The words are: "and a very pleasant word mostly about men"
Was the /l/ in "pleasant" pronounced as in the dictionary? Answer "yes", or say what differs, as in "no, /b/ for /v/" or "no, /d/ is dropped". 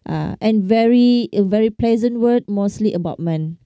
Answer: yes